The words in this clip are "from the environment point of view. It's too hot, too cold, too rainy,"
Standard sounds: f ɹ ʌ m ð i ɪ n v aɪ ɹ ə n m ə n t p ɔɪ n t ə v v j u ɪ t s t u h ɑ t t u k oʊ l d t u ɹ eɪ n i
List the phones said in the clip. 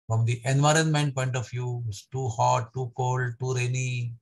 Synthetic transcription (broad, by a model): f ɹ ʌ m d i ɪ n v aɪ ɹ ə n m ə n t p ɔɪ n t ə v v j u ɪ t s t u h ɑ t t u k oʊ l d t u ɹ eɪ n i